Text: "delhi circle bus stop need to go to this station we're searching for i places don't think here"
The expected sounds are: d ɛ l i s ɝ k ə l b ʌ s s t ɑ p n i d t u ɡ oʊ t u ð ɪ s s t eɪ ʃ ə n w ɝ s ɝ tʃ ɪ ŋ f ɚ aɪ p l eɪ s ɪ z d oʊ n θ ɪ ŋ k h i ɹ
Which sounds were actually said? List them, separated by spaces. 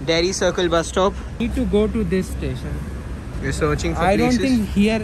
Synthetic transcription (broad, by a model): d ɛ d i s ɝ k ə l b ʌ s s t ɑ p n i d t u ɡ oʊ t u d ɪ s s t eɪ ʃ ə n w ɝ s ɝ tʃ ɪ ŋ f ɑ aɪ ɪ d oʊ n t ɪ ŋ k h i ɹ